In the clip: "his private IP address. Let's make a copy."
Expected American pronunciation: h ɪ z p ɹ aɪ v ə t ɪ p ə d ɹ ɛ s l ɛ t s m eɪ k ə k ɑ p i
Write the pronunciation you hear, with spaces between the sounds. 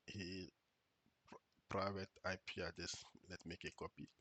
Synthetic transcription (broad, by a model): h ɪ p ɹ aɪ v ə t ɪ p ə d ɛ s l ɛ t m eɪ k ə k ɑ p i